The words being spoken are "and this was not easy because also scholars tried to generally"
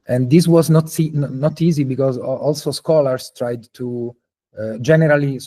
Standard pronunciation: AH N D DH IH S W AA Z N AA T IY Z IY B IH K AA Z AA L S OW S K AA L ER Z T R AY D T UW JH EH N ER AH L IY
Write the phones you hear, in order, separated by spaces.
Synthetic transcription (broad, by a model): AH N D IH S W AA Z N AA T IY Z IY B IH K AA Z AA L S OW S K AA L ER S T R AY D T UW JH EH N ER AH L IY